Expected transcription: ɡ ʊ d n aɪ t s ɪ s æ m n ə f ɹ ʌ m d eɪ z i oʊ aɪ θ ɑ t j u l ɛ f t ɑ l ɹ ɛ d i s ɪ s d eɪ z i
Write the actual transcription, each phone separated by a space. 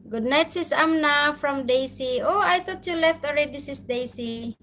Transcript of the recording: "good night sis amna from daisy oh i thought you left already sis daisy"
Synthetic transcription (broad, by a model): ɡ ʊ d n aɪ t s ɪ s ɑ m n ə f ɹ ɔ m d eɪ s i oʊ aɪ t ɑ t j u l ɛ f t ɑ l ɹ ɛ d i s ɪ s d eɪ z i